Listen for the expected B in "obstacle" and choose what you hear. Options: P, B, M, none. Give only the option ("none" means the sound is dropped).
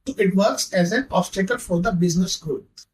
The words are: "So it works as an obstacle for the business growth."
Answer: none